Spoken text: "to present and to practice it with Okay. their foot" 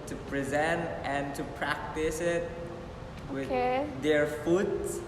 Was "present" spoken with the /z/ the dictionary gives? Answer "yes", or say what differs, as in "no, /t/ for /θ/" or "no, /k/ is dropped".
yes